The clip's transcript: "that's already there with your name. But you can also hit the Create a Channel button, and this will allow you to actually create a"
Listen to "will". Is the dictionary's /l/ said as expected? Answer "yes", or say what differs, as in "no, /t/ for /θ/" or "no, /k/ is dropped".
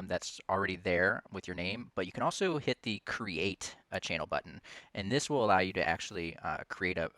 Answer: yes